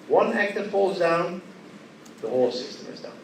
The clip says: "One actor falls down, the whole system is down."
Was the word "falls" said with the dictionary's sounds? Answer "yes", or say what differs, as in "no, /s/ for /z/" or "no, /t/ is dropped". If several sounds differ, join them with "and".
yes